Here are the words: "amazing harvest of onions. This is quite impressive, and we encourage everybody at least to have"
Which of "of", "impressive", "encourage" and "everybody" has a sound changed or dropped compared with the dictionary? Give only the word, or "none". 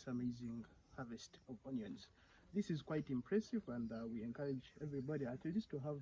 of